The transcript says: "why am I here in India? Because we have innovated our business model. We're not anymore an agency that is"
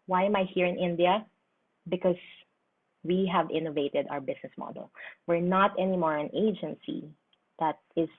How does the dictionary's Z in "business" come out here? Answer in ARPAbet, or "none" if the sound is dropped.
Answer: S